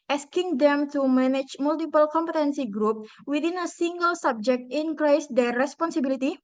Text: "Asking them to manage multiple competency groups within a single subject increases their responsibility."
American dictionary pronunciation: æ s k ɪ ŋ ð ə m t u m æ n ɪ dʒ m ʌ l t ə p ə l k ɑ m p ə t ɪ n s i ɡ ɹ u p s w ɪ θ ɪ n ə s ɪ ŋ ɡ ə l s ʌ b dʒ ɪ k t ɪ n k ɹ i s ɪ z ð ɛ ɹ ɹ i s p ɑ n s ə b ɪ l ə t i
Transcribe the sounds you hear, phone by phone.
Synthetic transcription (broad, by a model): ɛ s k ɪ ŋ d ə m t u m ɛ n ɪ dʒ m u l t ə p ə l k ɑ m p ə t ɪ n s i ɡ ɹ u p w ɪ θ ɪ n ə s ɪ ŋ ɡ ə l s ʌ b dʒ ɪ k t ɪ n k ɹ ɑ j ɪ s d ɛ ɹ ɹ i s p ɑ n s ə b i l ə t i